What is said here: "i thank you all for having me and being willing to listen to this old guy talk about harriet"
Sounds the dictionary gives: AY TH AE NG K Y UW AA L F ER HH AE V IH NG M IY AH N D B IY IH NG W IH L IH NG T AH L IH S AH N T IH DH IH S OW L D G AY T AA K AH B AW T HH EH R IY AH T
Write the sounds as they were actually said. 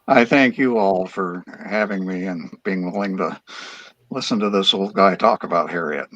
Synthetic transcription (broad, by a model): AY TH AE NG K Y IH AA L F ER HH AE V IH NG M IY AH N B IY IH NG W IH L IH NG T AH L IH S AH N T IH DH IH S OW L D G AY T AA K AH B AW T HH EH R IY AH T